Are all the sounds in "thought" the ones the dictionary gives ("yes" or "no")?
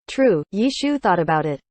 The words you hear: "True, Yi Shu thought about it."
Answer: yes